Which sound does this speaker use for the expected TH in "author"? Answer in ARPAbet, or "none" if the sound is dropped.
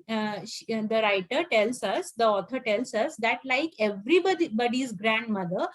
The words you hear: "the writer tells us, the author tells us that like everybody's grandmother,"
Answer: T